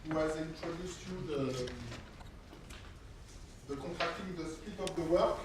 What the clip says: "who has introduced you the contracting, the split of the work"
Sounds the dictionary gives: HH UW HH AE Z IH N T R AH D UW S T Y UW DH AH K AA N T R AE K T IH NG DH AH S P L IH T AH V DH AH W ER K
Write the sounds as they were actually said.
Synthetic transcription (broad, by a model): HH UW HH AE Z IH N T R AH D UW S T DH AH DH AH K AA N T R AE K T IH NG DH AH S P IH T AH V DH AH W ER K